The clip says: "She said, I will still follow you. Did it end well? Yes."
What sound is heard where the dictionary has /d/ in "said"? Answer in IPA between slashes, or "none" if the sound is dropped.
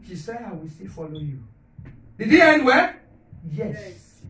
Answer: none